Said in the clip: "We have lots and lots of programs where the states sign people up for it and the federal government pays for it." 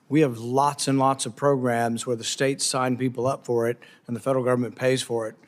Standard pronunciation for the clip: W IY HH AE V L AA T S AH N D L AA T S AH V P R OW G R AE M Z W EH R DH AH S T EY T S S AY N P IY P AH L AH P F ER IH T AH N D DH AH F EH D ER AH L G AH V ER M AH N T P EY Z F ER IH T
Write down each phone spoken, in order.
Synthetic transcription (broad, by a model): W IY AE V L AA T S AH N L AA T S AH V P R OW G R AE M Z W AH R DH AH S T EY T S S AY N P IY P L AH P F ER IH T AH N DH AH F EH D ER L G AH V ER M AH N P EY Z F ER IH T